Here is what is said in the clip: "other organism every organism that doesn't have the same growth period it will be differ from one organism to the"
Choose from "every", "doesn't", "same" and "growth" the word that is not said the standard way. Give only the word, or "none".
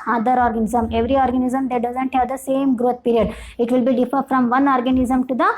growth